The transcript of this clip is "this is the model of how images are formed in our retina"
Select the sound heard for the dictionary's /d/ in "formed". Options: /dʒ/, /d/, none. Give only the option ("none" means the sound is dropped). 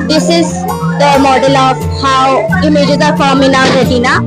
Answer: none